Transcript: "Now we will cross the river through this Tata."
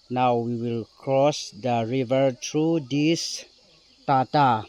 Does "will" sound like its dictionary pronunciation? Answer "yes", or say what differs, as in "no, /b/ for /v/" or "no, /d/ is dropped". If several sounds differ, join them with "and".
yes